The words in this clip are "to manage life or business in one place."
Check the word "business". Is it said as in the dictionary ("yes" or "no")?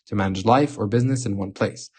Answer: yes